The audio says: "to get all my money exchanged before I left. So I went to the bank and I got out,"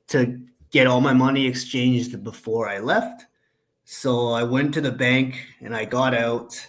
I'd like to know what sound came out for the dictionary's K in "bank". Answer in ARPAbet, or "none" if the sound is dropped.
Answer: K